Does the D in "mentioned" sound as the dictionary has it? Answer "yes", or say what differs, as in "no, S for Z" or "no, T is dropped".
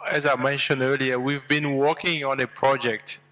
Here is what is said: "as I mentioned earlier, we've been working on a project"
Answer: yes